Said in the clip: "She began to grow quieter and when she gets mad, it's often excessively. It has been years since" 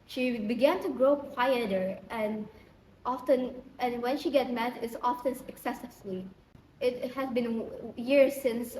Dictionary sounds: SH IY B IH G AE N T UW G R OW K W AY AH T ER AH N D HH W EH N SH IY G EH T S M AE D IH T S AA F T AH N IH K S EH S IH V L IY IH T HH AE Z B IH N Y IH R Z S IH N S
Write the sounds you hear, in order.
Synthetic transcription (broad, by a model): SH IY B IH G AE N T UW G R OW K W AY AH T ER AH N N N W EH N SH IY G EH T M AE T IH T S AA F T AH N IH K S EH S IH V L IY IH T HH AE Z B IH N Y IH R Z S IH N S